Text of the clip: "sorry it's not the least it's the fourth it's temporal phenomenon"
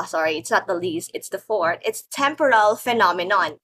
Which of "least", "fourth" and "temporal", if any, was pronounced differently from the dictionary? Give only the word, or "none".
fourth